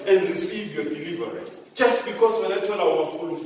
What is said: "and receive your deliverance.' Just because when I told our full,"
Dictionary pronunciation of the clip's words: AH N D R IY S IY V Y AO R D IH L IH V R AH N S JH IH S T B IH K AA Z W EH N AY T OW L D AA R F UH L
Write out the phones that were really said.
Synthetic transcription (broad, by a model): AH N D R IY S IY V Y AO D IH L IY V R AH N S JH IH S T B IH K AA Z W EH N AY T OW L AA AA W F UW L